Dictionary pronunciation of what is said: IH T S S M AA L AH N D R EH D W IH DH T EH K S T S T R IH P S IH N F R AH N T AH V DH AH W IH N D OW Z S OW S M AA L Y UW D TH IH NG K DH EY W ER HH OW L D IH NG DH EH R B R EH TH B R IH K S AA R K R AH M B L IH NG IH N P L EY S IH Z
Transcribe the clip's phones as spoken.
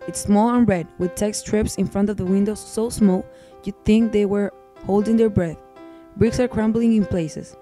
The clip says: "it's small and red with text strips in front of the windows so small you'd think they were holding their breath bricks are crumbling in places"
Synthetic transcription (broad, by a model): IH T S S M AA L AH N R EH D W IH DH T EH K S S T R IH P S IH N F R AH N T AH V DH AH W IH N D OW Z S OW S M AA L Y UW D TH IH NG K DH EY W ER HH OW L D IH NG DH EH R B R EH TH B R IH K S AA R K R AH M B L IH NG IH N P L EY S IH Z